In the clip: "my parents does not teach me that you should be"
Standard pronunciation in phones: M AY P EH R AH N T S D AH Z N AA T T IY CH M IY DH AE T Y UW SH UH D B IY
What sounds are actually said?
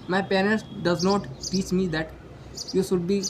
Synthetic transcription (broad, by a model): M AY P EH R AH L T D AH Z N AA T T IY CH M IY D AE T Y UW SH UH D B IY